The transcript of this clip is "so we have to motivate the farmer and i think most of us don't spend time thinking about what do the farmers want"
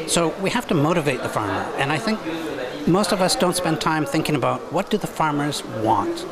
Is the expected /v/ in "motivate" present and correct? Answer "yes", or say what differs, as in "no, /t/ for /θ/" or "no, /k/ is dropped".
yes